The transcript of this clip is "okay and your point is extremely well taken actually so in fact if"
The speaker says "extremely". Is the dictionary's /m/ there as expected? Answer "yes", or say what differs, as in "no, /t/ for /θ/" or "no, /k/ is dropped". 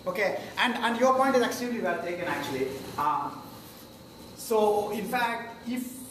no, /m/ is dropped